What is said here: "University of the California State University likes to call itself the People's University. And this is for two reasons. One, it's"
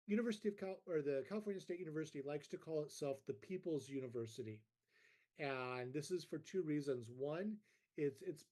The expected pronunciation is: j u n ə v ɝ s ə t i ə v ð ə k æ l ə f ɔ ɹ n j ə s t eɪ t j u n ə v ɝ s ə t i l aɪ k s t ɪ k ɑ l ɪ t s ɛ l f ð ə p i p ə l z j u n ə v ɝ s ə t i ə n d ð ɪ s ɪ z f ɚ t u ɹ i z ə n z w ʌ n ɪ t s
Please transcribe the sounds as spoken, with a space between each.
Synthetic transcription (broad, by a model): j u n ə v ɝ s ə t i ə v ð ə k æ l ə f ɔ ɹ n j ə s t eɪ t j u n ə v ɝ s ə t i l aɪ k s t ɪ k ɑ l ɪ t s ɛ l f ð ə p i p l z j u n ə v ɝ s ə t i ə n ð ɪ s ɪ z f ɚ t u ɹ i z ə n z w ʌ n ɪ t s